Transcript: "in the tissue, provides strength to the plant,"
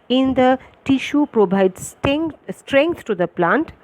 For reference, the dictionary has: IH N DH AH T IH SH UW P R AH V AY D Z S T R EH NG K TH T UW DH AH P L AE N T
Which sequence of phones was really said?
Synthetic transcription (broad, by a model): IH N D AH T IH SH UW P R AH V AY D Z S T R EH NG K T T UW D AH P L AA N T